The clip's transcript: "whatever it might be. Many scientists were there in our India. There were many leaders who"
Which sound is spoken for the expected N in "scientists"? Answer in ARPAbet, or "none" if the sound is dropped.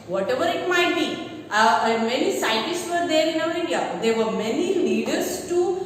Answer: none